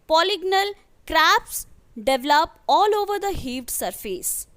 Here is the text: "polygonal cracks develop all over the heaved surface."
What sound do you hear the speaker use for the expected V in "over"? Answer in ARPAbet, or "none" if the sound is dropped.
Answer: V